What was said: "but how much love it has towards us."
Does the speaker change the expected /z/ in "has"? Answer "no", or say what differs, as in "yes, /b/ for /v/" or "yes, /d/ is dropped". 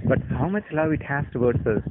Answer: yes, /s/ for /z/